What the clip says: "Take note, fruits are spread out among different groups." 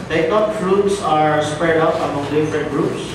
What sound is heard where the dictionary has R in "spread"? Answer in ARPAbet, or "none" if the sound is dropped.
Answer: R